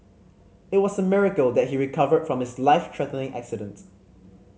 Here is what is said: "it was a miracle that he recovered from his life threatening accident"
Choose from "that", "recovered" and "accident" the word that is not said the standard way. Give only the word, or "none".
none